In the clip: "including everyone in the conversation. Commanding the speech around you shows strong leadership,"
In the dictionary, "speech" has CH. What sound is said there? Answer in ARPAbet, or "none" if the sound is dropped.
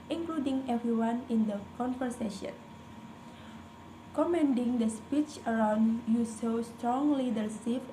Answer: CH